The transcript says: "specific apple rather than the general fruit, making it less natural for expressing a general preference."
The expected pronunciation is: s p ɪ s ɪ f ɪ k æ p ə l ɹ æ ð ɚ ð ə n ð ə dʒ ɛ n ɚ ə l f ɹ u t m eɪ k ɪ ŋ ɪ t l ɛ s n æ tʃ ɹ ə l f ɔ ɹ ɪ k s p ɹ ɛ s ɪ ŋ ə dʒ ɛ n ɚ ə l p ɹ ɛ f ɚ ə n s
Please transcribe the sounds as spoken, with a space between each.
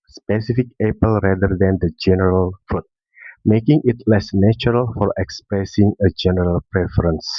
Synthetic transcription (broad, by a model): s p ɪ s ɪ f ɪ k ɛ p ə l ɹ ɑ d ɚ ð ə n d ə dʒ ɛ n ɚ ə l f u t m eɪ k ɪ ŋ ɪ t l ɛ s n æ tʃ ɹ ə l f ɔ ɹ ɪ k s p ɹ ɛ s ɪ ŋ ə dʒ ɛ n ɚ ə l p ɹ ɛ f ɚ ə n s